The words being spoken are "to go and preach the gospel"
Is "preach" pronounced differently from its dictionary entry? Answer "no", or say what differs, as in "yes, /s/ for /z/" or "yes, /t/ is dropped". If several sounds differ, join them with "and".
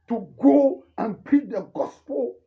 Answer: yes, /ɹ/ is dropped